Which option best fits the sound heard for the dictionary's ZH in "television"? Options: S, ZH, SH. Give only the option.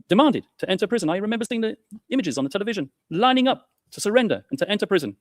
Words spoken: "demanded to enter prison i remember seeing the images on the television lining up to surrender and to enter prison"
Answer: ZH